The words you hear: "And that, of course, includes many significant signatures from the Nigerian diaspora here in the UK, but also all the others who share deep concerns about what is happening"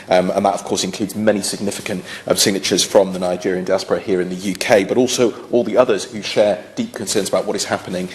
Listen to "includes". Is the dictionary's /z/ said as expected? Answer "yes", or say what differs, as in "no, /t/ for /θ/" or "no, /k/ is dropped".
yes